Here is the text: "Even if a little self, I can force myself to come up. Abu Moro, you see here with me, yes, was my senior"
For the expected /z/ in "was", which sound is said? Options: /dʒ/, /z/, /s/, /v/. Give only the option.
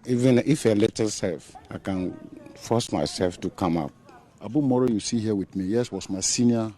/s/